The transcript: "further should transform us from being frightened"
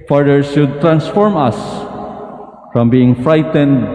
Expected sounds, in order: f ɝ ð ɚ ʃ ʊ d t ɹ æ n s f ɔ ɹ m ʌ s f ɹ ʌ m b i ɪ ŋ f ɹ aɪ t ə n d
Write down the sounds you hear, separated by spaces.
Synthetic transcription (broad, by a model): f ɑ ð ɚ s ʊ d t ɹ æ n s f ɔ ɹ m ʌ s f ɹ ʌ m b i ɪ ŋ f ɹ aɪ t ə n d